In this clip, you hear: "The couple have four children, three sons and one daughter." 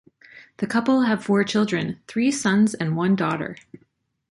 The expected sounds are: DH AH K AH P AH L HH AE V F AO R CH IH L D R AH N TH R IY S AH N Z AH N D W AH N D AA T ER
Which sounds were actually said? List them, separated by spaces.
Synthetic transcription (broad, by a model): DH AH K AH P L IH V F AO R CH IH L D R AH N TH R IY S AH N Z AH N W AH N D AA T ER